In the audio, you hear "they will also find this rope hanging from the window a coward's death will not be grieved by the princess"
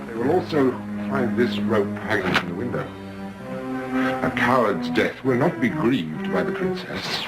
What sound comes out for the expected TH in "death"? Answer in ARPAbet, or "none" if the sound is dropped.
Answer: TH